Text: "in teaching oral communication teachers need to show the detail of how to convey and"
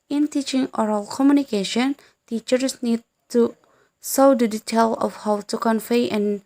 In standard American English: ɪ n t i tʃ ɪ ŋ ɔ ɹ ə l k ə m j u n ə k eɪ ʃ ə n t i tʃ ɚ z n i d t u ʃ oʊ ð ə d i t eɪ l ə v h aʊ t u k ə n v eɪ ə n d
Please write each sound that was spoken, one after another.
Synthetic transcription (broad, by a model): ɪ n t i tʃ ɪ ŋ ɔ ɹ ə l k ə m j u n ə k eɪ ʃ ə n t i tʃ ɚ s n i d t u s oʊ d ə d i t eɪ l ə f h aʊ t u k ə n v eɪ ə n